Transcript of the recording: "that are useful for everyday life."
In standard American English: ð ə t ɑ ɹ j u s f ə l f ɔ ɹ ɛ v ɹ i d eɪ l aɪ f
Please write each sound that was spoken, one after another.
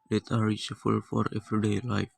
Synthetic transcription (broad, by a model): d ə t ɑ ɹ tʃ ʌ f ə l f ɔ ɹ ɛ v ɹ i d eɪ l aɪ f